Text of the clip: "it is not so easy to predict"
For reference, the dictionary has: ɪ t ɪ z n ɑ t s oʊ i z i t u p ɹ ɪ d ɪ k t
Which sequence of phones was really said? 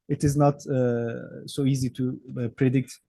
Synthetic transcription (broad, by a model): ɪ t ɪ z n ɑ t s oʊ i z i t u p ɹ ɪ d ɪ k t